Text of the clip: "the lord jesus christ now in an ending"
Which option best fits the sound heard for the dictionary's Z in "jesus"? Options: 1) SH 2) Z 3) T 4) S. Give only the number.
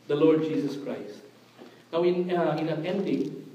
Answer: 4